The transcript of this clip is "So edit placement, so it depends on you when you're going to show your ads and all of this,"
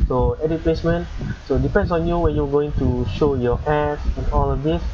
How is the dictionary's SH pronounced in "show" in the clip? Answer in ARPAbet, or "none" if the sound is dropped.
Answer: SH